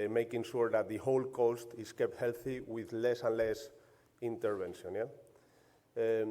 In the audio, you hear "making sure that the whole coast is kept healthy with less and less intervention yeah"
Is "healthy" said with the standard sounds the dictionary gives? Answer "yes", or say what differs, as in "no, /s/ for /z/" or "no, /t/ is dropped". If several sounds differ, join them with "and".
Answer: yes